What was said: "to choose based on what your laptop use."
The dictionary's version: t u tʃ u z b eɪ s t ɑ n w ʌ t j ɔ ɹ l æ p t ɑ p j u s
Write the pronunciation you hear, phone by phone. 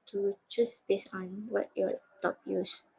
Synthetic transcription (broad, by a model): t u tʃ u s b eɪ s ɑ n w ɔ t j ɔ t ɑ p j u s